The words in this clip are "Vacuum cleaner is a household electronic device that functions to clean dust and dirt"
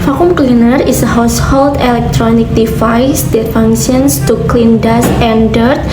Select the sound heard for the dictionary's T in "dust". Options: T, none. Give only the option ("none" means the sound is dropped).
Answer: none